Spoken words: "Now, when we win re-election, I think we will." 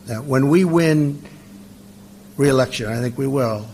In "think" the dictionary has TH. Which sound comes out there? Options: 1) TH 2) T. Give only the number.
1